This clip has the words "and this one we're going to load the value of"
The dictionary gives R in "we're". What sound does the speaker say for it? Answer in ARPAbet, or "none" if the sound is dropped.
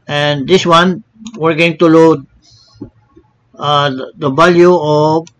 R